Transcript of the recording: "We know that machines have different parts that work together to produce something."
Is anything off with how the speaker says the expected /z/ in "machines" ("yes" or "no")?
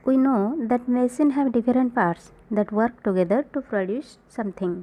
yes